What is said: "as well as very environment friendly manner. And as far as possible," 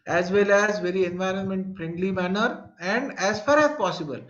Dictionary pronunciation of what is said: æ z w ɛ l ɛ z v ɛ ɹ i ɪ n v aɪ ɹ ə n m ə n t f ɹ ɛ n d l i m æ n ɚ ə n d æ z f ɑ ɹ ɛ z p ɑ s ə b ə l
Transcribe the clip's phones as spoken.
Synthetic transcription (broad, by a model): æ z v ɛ l ɛ z v ɛ ɹ i ɪ n v aɪ ɹ ə n m ə n t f ɹ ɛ n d l i m æ n ɚ ə n d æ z f ɑ ɹ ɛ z p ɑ s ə b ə l